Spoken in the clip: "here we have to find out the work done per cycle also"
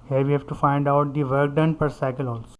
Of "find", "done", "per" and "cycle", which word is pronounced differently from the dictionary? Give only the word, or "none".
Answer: none